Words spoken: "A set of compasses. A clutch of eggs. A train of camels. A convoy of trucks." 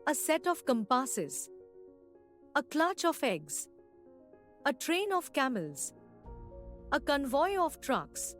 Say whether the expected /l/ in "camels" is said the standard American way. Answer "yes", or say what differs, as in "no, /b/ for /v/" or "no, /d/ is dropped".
yes